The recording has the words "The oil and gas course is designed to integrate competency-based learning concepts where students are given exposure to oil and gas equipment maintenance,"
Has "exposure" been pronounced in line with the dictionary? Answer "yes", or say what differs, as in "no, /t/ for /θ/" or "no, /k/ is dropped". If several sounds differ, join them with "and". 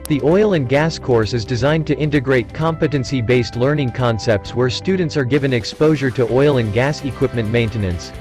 yes